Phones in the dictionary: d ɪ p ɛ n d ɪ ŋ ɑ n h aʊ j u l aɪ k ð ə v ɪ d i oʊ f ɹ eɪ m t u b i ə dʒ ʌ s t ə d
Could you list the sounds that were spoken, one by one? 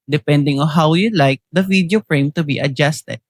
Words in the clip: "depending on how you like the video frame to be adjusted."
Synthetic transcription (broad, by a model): d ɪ p ɛ n d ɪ ŋ ɑ n h aʊ j u l aɪ k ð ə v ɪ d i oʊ p ɹ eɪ m t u b i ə dʒ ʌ s t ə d